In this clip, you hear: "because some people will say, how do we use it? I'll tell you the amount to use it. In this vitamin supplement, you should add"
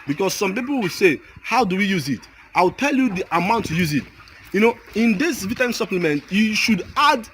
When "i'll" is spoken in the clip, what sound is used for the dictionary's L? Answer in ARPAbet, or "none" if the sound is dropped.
W